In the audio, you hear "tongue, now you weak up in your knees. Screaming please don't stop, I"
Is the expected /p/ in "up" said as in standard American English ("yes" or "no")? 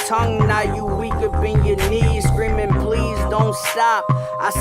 no